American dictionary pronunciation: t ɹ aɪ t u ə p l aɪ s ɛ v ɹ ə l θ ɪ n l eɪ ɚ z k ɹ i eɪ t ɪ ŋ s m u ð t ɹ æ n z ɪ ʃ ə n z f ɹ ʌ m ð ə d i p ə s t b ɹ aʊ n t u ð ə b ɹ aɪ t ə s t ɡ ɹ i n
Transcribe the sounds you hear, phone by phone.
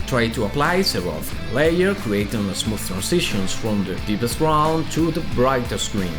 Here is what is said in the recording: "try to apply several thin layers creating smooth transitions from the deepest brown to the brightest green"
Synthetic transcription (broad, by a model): t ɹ aɪ t u ə p l aɪ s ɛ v ə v l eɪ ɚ k ɹ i eɪ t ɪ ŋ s m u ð t ɹ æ n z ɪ ʃ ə n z f ɹ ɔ m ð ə d i p ə s t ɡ ɹ aʊ n t u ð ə b ɹ aɪ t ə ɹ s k ɹ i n